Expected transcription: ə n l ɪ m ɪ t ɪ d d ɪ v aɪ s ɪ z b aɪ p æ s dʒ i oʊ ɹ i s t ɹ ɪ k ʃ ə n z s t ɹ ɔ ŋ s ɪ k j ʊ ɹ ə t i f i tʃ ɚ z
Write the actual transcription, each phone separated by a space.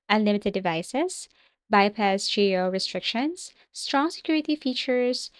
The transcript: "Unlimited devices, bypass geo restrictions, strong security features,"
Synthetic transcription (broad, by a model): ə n l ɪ m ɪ t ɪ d d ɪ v aɪ s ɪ s b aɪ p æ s dʒ i oʊ ɹ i s t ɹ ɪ k ʃ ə n s t ɹ ɔ ŋ s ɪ k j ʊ ɹ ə t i f i tʃ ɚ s